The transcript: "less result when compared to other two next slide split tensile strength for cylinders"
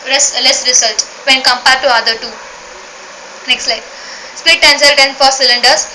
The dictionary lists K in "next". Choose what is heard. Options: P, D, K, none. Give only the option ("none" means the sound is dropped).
K